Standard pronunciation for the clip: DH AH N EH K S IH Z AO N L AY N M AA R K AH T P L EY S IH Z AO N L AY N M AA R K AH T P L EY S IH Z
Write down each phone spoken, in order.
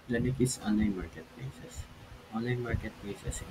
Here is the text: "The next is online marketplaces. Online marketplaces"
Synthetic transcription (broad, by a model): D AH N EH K IH S AO N L AY N M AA R K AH T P L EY S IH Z AO N L AY N M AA R K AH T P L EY S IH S